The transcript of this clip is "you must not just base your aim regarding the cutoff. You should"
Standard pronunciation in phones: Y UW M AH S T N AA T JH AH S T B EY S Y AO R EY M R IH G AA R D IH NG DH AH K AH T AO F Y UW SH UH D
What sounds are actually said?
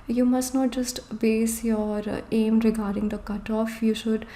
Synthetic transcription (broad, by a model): Y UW M AH S T N AA T JH AH S T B EY S Y AO R EY M R IH G AA R D IH NG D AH K AH T AO F Y UW SH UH D